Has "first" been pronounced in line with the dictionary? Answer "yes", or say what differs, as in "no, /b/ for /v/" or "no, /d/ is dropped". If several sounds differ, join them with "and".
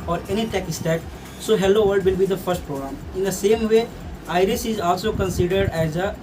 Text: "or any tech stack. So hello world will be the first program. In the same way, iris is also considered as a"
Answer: yes